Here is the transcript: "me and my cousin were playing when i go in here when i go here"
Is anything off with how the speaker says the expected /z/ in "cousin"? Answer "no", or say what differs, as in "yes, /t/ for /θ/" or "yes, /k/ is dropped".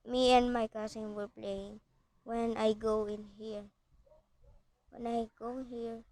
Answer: yes, /s/ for /z/